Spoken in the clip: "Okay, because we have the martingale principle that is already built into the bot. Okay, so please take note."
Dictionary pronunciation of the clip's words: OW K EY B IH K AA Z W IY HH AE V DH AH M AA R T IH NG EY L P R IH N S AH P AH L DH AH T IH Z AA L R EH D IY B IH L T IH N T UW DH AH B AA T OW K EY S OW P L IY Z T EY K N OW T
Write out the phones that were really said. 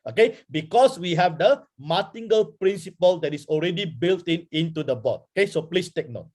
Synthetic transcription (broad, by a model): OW K EY B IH K AA S W IY HH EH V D AH M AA T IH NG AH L P R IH N S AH P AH L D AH T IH S AA L R EH D IY B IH L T IH N T UW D AH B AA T OW K EY S OW P L IY S T EY K N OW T